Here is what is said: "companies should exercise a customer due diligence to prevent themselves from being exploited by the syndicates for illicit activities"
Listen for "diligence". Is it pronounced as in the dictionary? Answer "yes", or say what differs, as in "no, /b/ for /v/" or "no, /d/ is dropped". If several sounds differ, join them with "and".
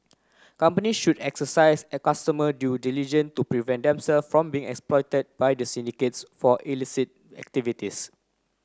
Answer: no, /s/ is dropped